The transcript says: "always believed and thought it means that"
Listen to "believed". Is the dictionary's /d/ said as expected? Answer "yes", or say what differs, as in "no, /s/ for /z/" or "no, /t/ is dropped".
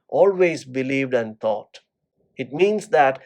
yes